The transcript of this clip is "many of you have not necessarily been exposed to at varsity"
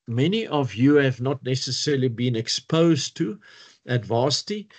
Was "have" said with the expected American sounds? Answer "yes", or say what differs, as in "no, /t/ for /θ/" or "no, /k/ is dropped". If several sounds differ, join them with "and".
yes